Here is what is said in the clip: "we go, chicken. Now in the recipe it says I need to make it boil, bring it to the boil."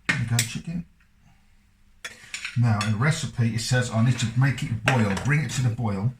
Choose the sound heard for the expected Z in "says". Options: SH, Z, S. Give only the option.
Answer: Z